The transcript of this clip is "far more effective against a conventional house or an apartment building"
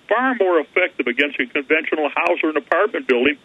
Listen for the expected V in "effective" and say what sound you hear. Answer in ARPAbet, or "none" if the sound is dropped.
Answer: V